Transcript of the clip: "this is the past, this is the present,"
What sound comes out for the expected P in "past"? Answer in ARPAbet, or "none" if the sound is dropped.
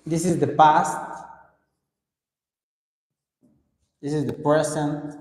P